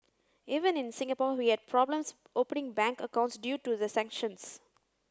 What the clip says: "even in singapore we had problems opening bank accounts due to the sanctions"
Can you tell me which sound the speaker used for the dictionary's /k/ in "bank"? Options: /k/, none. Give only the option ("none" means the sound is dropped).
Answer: /k/